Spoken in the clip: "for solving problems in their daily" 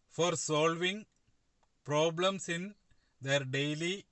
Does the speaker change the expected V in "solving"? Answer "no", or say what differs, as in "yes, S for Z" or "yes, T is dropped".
no